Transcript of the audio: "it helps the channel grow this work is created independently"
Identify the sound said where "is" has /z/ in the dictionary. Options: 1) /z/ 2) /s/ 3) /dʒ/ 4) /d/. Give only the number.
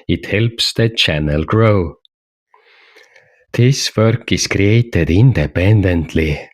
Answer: 2